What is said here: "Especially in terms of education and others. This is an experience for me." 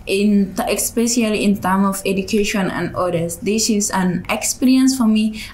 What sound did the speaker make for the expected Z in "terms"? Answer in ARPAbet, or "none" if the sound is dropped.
none